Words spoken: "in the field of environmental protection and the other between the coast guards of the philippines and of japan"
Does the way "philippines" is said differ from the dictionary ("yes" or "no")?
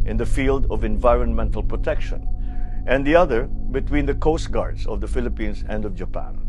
yes